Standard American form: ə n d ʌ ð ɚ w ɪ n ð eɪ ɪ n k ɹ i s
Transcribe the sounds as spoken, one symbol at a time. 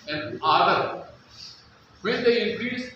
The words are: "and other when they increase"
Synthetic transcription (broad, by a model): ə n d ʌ ɚ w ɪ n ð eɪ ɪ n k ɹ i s